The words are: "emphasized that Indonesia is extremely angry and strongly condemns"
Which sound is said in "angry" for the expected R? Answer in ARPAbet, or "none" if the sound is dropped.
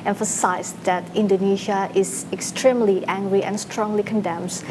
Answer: R